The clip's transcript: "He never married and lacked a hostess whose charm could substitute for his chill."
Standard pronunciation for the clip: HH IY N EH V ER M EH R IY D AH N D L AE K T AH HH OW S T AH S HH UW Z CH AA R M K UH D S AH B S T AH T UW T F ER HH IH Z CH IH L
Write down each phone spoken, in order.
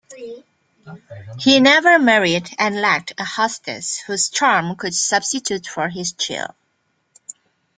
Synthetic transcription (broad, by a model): HH IY N EH V ER M EH R IY D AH N L AE K T AH HH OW S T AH S HH UW Z CH AA R M K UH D S AH B S T AH T UW T F ER HH IH Z CH IH L